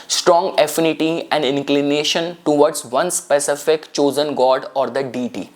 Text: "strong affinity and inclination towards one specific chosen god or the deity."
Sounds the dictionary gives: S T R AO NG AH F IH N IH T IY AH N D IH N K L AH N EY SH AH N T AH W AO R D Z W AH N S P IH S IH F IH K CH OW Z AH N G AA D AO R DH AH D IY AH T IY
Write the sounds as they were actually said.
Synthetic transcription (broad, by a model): S T R AO NG AH F IH N IH T IY AH N D IH N K L AH N EY SH AH N T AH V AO R D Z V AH N S P IH S IH F IH K CH OW Z AH N G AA D AO R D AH D IY T IY